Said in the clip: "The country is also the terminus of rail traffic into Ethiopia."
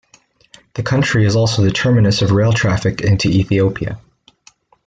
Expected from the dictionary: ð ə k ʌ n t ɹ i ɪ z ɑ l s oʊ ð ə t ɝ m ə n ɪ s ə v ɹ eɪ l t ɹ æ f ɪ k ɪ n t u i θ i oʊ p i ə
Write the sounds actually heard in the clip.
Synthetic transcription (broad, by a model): ð ə k ʌ n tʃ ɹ i ɪ z ɑ l s oʊ ð ə t ɝ m ə n ɪ s ə v ɹ eɪ l t ɹ æ f ɪ k ɪ n t u i θ i oʊ p i ə